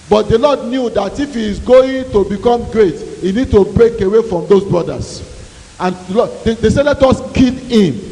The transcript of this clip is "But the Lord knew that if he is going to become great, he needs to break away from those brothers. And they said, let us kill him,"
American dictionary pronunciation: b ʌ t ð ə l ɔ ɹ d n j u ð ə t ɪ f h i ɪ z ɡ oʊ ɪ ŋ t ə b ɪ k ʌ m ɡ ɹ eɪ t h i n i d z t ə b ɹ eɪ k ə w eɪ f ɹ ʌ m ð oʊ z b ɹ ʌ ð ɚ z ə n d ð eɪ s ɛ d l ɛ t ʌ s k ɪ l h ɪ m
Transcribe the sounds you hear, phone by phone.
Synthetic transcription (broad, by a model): b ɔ t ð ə l ɔ d n j u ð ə t ɪ f h i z ɡ oʊ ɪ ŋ t ə b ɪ k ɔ m ɡ ɹ eɪ t h i n i d t ə b ɹ eɪ k ə w eɪ f ɹ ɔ m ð oʊ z b ɹ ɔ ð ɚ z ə n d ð eɪ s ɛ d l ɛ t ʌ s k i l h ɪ m